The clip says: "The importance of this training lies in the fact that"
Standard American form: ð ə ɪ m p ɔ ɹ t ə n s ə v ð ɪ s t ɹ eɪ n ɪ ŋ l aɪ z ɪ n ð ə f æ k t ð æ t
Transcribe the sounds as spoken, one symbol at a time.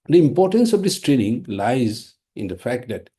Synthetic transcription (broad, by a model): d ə ɪ m p ɔ ɹ t ə n s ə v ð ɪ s t ɹ eɪ n ɪ ŋ l aɪ z ɪ n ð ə f æ k t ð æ t